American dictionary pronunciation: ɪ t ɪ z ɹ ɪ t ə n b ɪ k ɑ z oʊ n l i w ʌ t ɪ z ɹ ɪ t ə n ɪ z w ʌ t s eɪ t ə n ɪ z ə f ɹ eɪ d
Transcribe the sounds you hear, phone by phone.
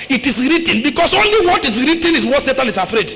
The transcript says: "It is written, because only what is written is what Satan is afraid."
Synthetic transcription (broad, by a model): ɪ t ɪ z ɹ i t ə n b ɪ k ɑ s oʊ n l i w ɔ t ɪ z ɹ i t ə n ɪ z w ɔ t s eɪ t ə n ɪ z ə f ɹ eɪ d